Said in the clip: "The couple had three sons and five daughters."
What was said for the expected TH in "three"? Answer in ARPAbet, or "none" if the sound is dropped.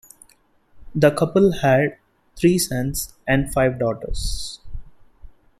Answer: T